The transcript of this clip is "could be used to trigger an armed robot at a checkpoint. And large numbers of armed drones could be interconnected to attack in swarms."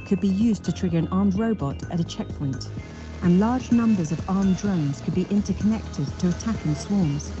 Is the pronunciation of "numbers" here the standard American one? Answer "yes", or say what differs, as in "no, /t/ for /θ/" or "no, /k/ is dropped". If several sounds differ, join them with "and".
yes